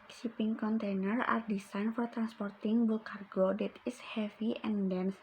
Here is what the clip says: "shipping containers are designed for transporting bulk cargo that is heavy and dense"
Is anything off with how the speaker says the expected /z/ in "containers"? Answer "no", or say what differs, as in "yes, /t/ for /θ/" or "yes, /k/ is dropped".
yes, /z/ is dropped